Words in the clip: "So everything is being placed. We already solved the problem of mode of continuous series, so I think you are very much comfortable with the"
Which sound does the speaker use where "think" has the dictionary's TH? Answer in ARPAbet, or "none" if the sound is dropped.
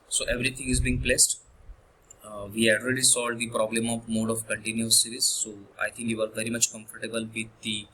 T